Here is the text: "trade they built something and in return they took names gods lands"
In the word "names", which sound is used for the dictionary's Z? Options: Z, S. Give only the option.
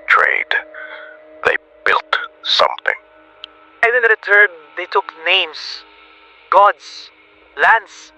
S